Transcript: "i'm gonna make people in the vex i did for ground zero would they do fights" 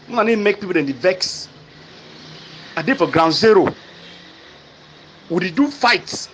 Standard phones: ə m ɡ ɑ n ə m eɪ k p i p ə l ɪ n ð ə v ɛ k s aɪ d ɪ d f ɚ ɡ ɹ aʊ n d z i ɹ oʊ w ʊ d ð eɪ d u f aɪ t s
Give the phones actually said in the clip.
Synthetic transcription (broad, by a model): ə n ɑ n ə m eɪ k p i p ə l ɪ n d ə v ɛ k s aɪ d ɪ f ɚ ɡ ɹ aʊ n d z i ɹ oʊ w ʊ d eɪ d u f aɪ t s